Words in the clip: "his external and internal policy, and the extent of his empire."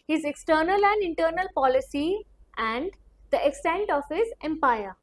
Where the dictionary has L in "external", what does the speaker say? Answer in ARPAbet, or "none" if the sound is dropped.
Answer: L